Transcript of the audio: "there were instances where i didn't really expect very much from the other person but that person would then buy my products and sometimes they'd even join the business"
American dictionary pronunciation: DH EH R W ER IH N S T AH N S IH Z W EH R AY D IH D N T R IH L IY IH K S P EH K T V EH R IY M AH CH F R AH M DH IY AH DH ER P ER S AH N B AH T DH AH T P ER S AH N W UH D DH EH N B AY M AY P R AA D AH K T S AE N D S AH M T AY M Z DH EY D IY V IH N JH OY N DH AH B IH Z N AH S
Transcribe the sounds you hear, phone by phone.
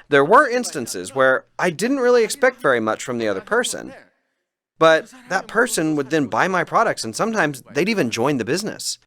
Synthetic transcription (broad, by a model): DH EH R W ER IH N S T AH N S IH Z W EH R AY D IH D N T R IH L IY IH K S P EH K T V EH R IY M AH CH F R AH M DH IY AH DH ER P ER S AH N B AH T DH AH T P ER S AH N W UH D DH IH N B AY M AY P R AA D AH K T S N S AH M T AY M Z DH EY D IY V IH N JH OY N DH AH B IH Z N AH S